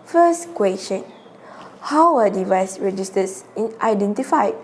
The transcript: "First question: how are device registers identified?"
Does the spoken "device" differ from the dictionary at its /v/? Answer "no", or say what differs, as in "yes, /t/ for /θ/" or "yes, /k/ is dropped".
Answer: no